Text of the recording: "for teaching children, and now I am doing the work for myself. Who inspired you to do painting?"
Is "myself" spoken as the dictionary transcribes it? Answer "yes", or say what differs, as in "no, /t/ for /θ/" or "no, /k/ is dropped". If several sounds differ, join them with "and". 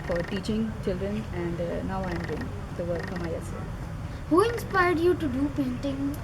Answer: no, /s/ is dropped